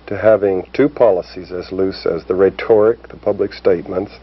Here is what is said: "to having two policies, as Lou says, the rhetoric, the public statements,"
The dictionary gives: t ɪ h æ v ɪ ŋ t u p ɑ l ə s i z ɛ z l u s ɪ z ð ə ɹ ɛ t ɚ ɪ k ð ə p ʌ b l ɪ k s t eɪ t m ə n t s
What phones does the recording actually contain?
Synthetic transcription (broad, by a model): t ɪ h æ v ɪ ŋ t u p ɑ l ə s i z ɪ z l u s ɪ z ð ə ɹ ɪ t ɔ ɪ k ð ə p ʌ b l ɪ k s t eɪ t m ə n t s